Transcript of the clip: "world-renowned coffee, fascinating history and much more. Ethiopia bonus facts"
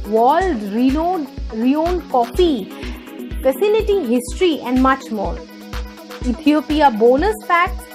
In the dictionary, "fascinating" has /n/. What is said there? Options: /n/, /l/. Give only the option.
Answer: /l/